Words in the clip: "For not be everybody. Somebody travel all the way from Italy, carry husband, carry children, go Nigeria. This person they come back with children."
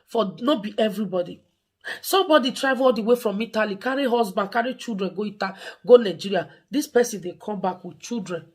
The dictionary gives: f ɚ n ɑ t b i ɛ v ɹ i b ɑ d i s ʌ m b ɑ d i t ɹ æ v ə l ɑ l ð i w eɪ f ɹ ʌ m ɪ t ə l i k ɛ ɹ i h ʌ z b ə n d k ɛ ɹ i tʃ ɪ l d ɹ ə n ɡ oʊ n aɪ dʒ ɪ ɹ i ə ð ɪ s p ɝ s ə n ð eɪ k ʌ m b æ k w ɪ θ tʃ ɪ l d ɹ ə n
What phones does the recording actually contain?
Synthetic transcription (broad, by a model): f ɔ n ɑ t b i ɛ v ɹ i b ɑ d i s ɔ m b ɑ d i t ɹ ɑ ə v ɑ l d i w eɪ f ɹ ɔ m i t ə l i k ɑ ɹ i h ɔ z b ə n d k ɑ ɹ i tʃ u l d ɹ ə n ɡ oʊ n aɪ dʒ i ɹ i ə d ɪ s p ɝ s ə n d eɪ k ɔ m b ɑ k w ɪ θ tʃ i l d ɹ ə n